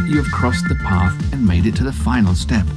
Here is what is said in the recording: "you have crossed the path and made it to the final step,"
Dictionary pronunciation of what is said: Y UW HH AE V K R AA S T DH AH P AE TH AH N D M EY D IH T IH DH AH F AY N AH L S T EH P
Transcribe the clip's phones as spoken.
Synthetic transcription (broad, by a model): Y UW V K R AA S DH AH P AE TH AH N M EY D IH T IH DH AH F AY N L S T EH P